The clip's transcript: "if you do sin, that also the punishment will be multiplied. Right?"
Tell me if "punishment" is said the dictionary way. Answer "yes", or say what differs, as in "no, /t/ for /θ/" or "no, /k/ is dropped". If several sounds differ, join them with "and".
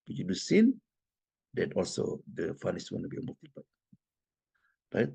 no, /f/ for /p/